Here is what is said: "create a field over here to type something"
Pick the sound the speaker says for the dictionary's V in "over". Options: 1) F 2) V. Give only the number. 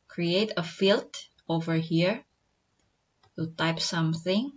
2